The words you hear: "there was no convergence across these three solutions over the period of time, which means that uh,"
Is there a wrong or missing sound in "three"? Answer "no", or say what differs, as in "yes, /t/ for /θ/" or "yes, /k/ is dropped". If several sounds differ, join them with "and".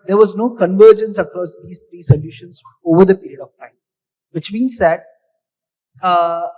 yes, /t/ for /θ/